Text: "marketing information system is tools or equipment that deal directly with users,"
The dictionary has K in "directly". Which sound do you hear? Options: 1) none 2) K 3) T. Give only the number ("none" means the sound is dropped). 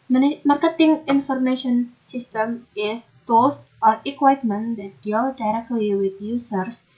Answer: 2